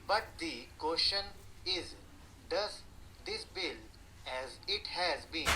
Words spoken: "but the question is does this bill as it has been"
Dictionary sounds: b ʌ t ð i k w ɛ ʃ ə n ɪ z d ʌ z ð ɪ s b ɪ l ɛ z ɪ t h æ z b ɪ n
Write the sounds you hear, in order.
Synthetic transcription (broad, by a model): b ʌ t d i k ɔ ʃ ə n ɪ z d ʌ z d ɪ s b ɪ l ɛ z ɪ t h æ z b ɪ n